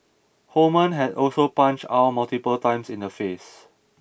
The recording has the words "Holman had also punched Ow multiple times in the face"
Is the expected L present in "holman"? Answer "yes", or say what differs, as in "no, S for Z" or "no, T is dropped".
no, L is dropped